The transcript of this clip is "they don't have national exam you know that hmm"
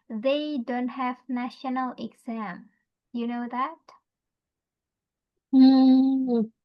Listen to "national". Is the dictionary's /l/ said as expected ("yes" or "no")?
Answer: yes